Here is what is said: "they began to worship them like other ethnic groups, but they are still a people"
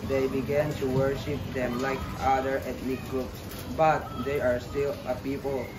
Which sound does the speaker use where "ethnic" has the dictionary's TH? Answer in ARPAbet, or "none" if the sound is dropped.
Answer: T